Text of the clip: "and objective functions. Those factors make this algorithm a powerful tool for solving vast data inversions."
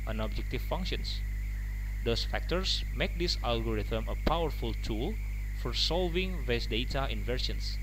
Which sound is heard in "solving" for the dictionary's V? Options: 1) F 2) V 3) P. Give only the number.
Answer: 2